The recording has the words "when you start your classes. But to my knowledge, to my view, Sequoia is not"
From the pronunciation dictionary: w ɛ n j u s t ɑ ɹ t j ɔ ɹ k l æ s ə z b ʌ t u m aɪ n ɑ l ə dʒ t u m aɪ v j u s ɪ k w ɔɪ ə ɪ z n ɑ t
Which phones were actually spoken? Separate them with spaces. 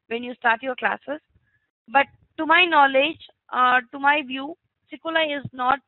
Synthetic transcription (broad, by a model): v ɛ n j u s t ɑ ɹ t j ɔ ɹ k l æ s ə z b ʌ t u m aɪ n ɑ l ə dʒ t u m aɪ v j u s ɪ k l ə ɪ z n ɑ t